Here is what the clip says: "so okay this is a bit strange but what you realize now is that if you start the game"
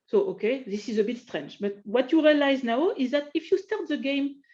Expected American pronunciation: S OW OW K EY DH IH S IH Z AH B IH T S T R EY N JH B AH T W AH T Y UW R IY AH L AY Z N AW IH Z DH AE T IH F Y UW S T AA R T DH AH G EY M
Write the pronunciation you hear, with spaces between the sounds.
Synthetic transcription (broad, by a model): S OW OW K EY DH IH S IH Z AH B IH T S T R EY N JH B AH T W AH T Y UW R IY AH L AY Z N AW IH Z DH AE T IH F Y UW S T AA R T DH AH G EY M